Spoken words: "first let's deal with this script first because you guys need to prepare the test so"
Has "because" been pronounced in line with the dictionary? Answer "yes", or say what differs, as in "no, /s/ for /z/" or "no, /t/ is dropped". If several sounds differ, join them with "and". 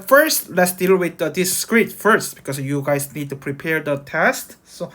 no, /s/ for /z/